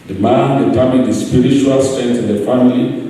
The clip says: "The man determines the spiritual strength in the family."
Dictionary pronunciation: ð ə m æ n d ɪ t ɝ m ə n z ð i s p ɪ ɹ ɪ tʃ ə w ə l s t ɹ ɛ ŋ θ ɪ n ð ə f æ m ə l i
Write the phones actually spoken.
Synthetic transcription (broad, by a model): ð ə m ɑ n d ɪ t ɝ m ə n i s p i ɹ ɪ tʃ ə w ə l s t ɛ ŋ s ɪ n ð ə f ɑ m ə l i